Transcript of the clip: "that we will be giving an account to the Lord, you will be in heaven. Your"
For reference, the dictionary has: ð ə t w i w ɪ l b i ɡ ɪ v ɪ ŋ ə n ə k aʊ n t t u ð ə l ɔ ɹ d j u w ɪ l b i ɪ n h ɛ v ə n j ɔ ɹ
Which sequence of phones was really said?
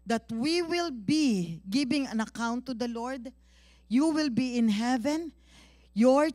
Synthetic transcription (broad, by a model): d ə t w i w ɪ l b i ɡ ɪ b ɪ ŋ ə n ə k aʊ n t t u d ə l ɔ ɹ d j u w ɪ l b i ɪ n h ɛ v ə n j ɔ ɹ